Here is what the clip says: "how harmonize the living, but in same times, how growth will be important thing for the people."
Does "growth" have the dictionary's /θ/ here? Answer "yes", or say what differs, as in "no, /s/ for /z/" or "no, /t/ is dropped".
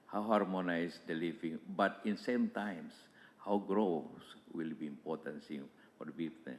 no, /s/ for /θ/